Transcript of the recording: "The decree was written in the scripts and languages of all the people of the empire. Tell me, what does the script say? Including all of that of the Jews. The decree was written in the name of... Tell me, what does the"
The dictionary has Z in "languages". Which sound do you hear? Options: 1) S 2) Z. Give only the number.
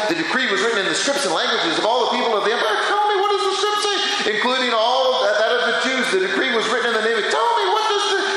2